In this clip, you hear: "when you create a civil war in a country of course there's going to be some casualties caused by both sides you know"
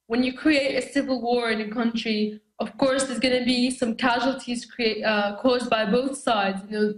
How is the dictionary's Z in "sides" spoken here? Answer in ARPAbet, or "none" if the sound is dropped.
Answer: Z